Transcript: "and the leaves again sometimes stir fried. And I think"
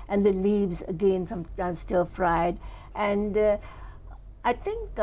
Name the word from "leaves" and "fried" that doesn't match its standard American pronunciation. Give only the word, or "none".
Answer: none